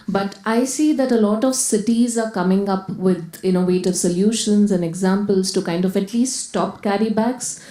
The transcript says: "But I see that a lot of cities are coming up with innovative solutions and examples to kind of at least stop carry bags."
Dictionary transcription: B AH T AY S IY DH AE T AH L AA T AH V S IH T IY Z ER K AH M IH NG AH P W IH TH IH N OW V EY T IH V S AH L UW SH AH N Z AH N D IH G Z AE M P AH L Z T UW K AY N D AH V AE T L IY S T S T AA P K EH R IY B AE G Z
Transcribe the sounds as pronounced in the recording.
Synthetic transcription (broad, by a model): B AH T AY S IY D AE T AH L AA T AH V S IH T IY Z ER K AH M IH NG AH P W IH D IH N OW V EY T IH V S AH L UW SH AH N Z AH N D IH G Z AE M P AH L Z T UW K AY N D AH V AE T L IY S T S T AA P K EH R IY B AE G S